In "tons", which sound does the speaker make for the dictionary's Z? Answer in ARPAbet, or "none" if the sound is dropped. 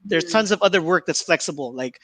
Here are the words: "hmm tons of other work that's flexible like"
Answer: Z